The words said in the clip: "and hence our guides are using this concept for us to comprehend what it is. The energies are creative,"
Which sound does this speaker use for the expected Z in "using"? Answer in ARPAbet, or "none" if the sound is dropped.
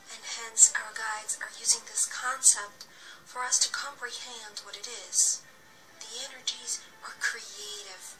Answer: Z